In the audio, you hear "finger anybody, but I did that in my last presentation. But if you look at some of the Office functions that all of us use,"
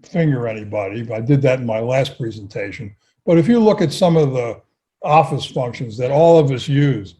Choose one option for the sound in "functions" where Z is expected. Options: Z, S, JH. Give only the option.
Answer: Z